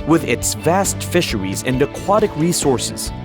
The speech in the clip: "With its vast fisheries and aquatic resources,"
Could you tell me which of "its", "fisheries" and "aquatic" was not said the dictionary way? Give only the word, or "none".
none